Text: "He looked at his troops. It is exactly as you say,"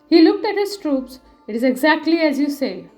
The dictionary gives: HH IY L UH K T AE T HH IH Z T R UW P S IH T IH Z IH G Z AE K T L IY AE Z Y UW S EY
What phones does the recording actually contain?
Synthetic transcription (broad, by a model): HH IY L UH K T AE T HH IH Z T R UW P S IH T IH Z IH G Z AE K T L IY AE Z Y UW S EY